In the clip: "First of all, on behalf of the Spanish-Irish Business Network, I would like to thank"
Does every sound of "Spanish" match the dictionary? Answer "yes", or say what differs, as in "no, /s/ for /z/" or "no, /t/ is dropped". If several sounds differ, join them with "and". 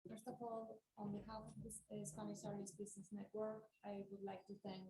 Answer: no, /s/ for /ʃ/